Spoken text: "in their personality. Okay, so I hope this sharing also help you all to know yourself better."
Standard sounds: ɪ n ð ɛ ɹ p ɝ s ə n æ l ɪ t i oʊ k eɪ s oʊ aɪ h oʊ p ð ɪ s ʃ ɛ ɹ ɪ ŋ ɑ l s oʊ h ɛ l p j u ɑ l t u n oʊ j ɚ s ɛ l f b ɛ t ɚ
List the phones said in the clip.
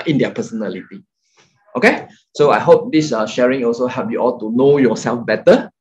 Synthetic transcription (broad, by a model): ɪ n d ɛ p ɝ s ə n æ l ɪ t i oʊ k eɪ s oʊ aɪ h oʊ p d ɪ s ʃ ɛ ɹ ɪ ŋ ɑ l s oʊ h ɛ p j u ɑ l t u n oʊ j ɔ s ɛ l f b ɛ t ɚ